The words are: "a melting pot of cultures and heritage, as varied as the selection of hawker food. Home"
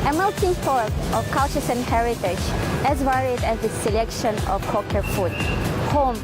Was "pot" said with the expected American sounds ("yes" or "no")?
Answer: no